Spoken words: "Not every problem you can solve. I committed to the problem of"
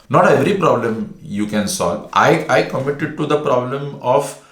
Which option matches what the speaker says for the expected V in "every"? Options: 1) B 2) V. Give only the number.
2